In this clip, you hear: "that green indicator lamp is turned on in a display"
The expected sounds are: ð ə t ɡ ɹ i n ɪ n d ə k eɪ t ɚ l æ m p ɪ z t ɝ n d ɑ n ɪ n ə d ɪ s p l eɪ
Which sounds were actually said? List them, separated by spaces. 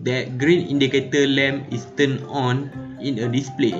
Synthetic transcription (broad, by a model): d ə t ɡ ɹ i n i n d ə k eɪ t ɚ l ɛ m ɪ s t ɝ n ɑ n ɪ n ə d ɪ s p l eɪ